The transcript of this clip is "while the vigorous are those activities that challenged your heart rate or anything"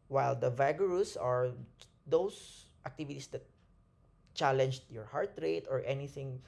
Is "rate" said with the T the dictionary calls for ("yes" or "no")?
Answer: yes